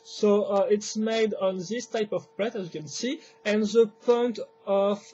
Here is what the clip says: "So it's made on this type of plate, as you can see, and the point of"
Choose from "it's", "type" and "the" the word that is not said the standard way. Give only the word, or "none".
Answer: none